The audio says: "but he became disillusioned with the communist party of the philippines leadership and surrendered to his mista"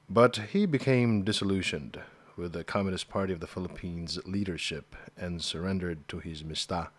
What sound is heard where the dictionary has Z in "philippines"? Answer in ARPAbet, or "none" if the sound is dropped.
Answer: Z